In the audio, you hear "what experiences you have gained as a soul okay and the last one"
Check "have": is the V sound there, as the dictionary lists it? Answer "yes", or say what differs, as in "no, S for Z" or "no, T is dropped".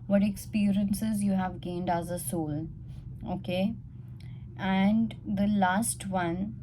yes